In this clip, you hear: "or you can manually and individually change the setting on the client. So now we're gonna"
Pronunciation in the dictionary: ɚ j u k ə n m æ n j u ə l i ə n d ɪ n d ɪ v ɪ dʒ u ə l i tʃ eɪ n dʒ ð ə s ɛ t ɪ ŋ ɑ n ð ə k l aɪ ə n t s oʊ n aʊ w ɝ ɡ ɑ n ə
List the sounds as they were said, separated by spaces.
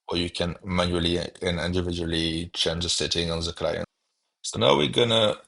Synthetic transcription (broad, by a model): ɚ j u k ə n m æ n j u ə l i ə n ɪ n d ɪ v ɪ dʒ u ə l i tʃ eɪ n dʒ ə s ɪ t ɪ ŋ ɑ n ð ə k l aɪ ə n s oʊ n aʊ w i ɡ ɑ n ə